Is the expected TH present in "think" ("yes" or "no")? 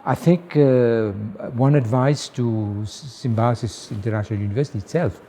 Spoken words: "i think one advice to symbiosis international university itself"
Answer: yes